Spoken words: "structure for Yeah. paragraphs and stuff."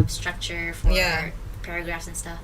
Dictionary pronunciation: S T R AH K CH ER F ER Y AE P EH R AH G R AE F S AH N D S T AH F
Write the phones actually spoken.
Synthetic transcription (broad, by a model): S T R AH K CH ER F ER Y AE P EH R AH G R AE F S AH N S T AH F